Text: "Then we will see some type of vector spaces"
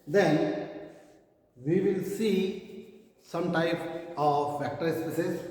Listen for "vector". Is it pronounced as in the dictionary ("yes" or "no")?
no